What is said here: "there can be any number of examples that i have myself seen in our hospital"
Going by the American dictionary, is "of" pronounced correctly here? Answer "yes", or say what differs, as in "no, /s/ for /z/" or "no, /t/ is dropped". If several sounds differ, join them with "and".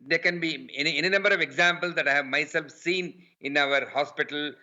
yes